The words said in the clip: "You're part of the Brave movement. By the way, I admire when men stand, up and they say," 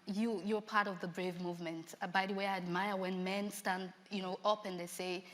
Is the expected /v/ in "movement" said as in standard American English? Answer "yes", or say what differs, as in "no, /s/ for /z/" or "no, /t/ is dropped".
yes